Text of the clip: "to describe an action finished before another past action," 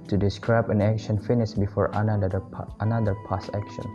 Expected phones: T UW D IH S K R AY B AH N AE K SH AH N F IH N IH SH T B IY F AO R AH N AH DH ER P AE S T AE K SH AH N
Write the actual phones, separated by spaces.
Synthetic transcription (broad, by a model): T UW D IH S K R AY B AH N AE K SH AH N F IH N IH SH B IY F AO R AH N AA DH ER P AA S AE K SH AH N